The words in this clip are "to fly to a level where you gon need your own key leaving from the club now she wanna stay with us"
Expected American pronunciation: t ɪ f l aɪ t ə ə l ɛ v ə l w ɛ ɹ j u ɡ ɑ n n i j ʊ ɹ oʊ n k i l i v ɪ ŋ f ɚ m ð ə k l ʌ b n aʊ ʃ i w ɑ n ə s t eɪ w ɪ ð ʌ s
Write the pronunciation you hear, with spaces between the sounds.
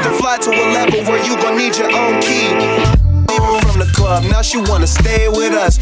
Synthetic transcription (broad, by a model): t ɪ f l aɪ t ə ə l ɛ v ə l w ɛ ɹ j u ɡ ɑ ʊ n i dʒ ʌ ɹ oʊ n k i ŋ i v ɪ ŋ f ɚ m ð ə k l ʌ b n aʊ ʃ i w ɑ n ə s t eɪ w ɪ ð ʌ s